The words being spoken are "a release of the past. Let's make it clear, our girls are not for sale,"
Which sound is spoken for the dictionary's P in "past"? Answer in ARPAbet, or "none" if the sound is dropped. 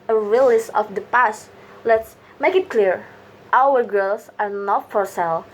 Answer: P